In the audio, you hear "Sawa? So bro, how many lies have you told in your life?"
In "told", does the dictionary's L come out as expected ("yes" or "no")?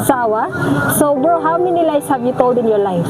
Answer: no